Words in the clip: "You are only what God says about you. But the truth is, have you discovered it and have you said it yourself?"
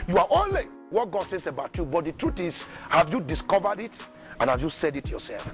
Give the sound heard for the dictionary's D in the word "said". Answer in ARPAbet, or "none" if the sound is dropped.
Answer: D